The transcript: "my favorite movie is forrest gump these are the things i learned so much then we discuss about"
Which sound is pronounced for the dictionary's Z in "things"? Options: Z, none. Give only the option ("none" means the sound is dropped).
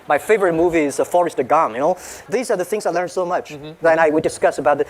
Z